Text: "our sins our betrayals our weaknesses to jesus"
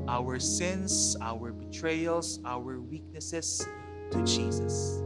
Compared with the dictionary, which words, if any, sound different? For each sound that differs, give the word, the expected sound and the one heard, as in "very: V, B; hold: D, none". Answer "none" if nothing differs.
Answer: sins: Z, S; betrayals: Z, S; weaknesses: Z, S